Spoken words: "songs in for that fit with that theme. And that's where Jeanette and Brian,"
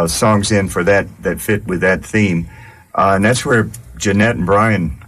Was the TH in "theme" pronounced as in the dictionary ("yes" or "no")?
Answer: yes